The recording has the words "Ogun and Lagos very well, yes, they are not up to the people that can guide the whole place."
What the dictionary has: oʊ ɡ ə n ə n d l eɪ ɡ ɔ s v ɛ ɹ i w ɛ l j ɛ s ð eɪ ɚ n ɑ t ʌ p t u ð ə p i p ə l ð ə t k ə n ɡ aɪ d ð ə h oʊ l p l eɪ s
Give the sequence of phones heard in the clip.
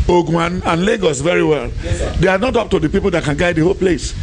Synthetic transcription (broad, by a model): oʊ ɡ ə n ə n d l eɪ ɡ ɔ s v ɛ ɹ i w ɛ l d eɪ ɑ n ɑ t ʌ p t u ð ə p i p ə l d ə t k ə n ɡ aɪ d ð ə h oʊ l p l eɪ s